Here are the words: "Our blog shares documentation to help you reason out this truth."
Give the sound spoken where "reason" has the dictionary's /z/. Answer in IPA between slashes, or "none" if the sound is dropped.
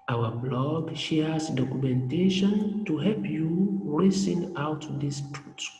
/s/